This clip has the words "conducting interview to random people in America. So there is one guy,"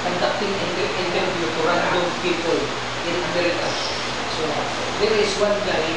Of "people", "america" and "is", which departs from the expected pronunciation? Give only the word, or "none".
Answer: is